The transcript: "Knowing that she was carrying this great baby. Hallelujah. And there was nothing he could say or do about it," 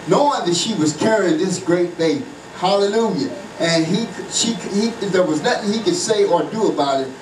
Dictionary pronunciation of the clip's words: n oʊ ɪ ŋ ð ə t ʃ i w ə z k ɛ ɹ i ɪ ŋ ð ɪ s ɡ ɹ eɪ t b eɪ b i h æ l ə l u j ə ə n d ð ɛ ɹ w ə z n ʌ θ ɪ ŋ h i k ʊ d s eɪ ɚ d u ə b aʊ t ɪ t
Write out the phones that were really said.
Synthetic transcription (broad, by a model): n oʊ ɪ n ð ə t ʃ i w ə z k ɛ ɹ i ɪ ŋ ð ɪ s ɡ ɹ eɪ t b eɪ i h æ l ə l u j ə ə n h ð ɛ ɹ w ə z n ʌ θ ɪ ŋ h i k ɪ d s eɪ ɚ d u ə b aʊ t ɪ t